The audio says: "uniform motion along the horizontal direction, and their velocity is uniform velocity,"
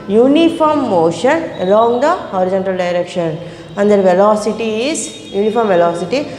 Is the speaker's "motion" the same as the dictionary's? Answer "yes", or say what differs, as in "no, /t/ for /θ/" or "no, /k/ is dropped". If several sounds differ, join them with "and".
yes